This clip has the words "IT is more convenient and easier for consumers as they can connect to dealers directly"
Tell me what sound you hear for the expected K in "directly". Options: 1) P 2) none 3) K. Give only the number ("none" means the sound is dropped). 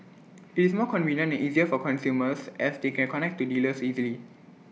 2